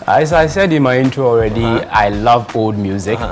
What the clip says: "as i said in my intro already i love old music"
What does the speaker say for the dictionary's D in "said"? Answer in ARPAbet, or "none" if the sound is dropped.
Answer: D